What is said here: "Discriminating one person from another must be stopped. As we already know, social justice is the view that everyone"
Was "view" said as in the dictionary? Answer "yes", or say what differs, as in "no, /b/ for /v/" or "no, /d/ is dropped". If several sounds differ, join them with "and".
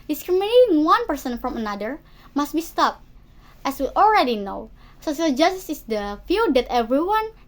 no, /f/ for /v/